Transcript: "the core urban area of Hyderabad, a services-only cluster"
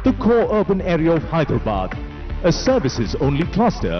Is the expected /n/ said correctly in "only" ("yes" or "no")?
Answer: yes